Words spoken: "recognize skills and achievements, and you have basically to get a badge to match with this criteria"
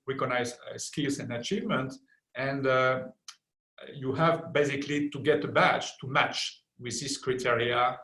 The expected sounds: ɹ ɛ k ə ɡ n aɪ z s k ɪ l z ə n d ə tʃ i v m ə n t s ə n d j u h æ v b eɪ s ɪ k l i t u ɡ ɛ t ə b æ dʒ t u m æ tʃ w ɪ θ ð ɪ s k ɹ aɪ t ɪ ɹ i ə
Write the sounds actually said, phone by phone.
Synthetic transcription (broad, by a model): ɹ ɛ k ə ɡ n aɪ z s k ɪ l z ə n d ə tʃ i v m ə n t ə n d j u h æ v b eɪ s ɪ k l i t u ɡ ɛ t ə b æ tʃ t u m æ tʃ w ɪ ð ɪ s k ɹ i t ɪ ɹ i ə